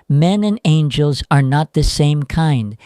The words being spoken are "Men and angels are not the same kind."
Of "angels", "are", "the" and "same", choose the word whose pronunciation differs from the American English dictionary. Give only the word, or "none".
none